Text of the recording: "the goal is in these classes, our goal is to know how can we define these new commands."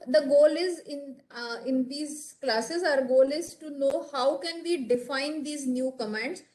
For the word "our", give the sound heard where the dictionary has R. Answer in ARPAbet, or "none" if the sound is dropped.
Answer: R